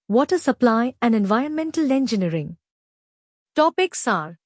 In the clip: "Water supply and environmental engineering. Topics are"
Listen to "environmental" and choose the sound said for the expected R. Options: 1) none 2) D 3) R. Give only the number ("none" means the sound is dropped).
3